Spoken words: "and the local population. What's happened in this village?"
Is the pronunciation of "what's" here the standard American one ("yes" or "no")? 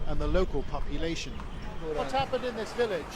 no